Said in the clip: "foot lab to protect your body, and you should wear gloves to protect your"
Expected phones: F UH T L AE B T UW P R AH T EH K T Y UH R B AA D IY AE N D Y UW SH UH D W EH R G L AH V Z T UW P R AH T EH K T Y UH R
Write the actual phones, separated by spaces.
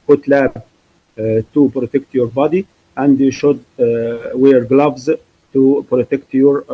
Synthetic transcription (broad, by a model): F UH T L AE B T UW P R AH T EH K T Y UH R B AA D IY AE N D Y UW SH UH D W EH R G L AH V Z T UW P R AH T EH K T Y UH R